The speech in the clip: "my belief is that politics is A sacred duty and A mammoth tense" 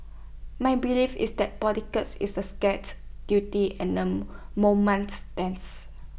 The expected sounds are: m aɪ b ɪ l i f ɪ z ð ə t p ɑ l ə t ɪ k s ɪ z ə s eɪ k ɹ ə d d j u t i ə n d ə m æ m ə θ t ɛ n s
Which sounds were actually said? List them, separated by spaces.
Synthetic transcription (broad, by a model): m aɪ b ɪ l i f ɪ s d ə t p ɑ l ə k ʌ s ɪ s ə s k ə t d j u t i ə n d ə m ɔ m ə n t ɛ n s